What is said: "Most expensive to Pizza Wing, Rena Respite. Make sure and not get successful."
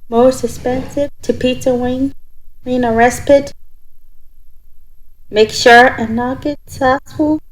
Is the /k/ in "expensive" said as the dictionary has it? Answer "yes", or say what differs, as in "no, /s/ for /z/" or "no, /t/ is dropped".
no, /k/ is dropped